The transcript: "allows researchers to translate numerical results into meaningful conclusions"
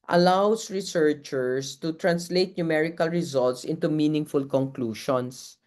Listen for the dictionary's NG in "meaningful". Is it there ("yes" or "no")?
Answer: yes